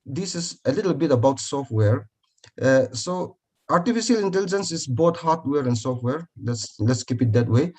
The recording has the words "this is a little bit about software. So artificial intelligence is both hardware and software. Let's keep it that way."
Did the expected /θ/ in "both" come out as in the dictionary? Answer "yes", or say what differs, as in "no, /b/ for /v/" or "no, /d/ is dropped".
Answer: no, /t/ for /θ/